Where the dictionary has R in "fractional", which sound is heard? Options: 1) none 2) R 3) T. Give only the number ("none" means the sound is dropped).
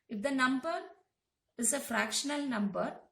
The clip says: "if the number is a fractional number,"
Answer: 2